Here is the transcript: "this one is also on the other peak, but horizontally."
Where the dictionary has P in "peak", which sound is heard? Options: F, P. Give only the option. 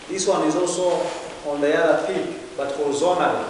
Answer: F